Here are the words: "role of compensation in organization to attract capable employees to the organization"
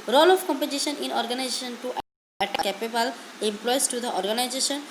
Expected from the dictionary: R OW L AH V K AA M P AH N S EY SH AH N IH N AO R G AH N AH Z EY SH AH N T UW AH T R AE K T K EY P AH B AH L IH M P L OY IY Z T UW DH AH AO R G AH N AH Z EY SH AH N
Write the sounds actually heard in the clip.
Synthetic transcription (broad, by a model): R OW L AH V K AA M P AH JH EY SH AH N IH N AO R G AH N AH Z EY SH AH N T UW T AE T K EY P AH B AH L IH M P L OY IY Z T UW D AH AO R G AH N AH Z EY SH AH N